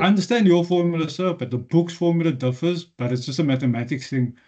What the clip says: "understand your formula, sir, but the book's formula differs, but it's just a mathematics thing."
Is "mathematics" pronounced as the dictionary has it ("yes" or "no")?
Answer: no